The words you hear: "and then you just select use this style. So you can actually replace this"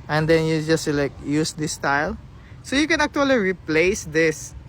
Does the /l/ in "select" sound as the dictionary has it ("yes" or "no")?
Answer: no